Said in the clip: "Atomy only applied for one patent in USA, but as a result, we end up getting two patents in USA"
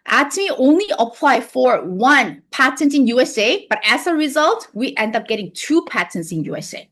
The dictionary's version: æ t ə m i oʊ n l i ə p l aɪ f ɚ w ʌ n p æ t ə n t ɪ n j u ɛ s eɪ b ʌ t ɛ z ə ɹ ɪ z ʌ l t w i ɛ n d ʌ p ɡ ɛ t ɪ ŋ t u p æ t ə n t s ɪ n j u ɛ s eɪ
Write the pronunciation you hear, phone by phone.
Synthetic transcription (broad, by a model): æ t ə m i oʊ n l i ə p l aɪ f ɚ w ʌ n p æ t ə n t ɪ n j u ɛ s eɪ b ʌ t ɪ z ə ɹ ɪ z ʌ l t w i ɛ n d ʌ p ɡ ɛ t ɪ ŋ t u p æ t ə n t s ɪ n j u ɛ s eɪ